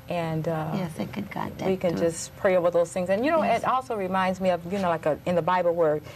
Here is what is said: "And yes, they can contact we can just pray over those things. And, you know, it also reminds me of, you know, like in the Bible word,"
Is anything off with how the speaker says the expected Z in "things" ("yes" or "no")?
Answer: no